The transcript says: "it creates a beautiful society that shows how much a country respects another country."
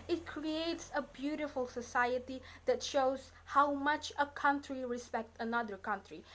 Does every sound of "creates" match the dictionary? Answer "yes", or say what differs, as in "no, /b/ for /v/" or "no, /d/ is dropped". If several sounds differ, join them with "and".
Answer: yes